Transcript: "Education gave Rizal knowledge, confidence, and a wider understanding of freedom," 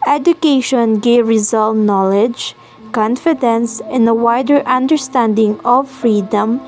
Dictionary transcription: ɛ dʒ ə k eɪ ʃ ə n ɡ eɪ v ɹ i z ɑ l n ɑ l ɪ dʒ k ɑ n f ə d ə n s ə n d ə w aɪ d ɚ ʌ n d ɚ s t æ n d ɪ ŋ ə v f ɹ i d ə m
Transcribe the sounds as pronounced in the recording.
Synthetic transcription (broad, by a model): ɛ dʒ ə k eɪ ʃ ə n ɡ eɪ v ɹ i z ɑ l n ɑ l ɪ dʒ k ɑ n f ə d ə n s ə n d ə w aɪ d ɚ ʌ n d ɚ s t æ n d ɪ ŋ ə v f ɹ i d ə m